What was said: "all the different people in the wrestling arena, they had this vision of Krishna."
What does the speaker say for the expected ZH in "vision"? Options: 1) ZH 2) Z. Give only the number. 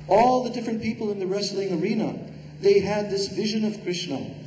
1